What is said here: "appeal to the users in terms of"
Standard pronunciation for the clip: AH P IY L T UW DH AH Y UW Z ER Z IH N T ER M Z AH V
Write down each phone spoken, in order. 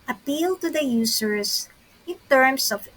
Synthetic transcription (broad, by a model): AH P IY L T UW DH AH Y UW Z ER S IH N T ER M S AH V